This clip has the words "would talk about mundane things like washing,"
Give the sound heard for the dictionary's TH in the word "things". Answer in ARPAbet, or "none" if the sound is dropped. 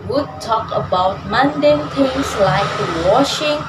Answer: T